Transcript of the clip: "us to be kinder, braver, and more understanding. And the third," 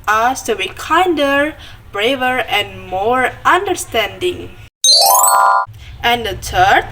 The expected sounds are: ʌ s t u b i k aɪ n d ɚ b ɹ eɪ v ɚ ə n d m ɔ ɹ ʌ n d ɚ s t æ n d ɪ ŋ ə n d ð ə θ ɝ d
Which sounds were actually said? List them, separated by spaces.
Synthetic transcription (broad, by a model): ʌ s t u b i k aɪ n d ɚ b ɹ eɪ v ɚ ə n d m ɔ ɹ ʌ n d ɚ s t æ n d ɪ ŋ ə n d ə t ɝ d